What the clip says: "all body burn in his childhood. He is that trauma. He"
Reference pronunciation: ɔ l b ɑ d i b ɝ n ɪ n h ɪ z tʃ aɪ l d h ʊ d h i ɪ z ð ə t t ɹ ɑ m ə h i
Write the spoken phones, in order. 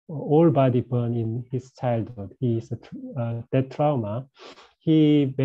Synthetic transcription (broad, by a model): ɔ l b ɑ d i b ɝ n ɪ n h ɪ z tʃ aɪ l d h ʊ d h i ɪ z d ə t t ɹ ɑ m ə h i